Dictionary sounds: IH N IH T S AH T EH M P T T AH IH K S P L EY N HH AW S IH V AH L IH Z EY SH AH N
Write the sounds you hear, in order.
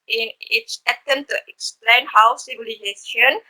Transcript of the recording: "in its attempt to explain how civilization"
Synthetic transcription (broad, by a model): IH N IH T S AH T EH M T T AH K S P L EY N HH AW S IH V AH L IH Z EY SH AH N